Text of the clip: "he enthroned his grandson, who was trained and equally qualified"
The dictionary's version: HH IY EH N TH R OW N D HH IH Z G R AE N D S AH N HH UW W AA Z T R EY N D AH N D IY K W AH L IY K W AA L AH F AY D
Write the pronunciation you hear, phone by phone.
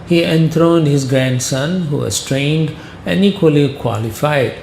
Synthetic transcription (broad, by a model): HH IY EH N T R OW N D HH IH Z G R AE N D S AH N HH UW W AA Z T R EY N D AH N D IY K W AH L IY K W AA L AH F AY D